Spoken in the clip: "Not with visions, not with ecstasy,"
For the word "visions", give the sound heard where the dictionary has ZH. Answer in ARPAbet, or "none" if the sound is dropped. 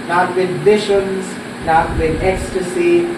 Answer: SH